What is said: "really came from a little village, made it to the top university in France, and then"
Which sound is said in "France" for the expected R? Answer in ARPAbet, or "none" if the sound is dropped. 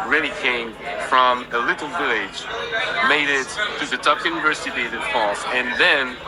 none